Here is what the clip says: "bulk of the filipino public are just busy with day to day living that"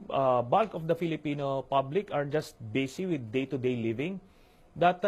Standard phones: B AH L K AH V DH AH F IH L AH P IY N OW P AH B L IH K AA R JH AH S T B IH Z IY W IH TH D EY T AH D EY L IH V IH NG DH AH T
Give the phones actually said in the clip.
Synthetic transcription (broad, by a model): B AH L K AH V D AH F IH L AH P IY N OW P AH B L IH K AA R JH AH S T B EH S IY W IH D EY T AH D EY L IH V IH NG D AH T